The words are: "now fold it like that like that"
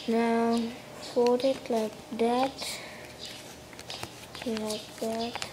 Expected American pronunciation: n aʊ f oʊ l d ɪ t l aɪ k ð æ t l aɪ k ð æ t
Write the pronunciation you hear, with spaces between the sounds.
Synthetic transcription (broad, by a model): n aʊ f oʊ d ɪ t l aɪ k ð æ t l aɪ k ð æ t